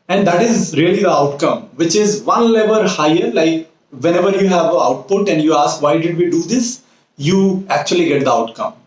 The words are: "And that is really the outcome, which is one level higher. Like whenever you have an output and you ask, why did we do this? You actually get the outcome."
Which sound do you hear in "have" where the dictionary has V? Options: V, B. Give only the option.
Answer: V